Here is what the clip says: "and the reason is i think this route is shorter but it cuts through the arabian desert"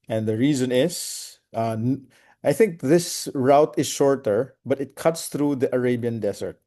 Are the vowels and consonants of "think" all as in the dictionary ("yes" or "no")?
yes